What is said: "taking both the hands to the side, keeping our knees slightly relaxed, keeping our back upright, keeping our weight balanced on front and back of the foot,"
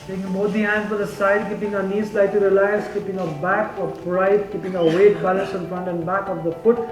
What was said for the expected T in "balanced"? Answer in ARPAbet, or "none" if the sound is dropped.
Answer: none